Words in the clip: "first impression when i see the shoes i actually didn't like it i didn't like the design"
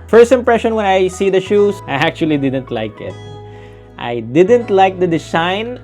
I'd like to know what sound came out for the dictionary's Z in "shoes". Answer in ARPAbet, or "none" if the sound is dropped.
S